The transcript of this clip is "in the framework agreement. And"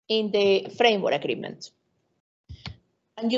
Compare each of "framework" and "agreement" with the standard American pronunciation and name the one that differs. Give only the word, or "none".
framework